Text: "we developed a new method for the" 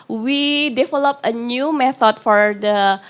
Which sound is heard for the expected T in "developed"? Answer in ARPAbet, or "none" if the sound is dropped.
none